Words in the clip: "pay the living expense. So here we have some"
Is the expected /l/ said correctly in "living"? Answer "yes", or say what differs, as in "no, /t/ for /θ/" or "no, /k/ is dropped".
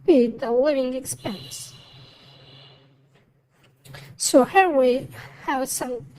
no, /w/ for /l/